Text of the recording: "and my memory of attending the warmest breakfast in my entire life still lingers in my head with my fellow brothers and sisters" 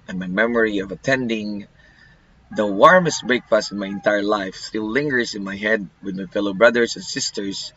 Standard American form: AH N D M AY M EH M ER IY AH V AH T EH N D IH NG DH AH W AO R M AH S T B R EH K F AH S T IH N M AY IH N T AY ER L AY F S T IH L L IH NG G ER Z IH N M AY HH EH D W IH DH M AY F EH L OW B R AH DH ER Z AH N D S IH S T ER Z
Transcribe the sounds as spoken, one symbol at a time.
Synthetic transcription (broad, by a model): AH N M AY M EH M ER IY AH V AH T EH N D IH NG DH AH W AO R M AH S T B R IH K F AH S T IH N M AY IH N T AY ER L AY F S T IH L L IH NG G ER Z IH N M AY HH EH D W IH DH M AY F EH L OW B R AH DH ER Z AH N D S IH S T ER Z